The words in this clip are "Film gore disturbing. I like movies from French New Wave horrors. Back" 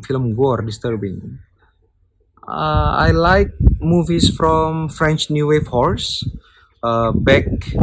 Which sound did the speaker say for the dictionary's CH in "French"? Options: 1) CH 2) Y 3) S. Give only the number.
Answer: 1